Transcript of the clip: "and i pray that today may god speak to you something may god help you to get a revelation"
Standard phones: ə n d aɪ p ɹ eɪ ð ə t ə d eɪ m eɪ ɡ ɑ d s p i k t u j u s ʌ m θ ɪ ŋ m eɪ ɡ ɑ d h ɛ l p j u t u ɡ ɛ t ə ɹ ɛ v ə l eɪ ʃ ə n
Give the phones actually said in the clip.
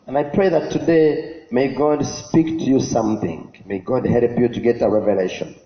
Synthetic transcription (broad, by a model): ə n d aɪ p ɹ eɪ ð ə t ə d eɪ m eɪ ɡ ɑ d s p i k t u j u s ʌ m θ ɪ ŋ m eɪ ɡ ɑ d h ɛ l p j u t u ɡ ɛ t ə ɹ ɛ v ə l eɪ ʃ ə n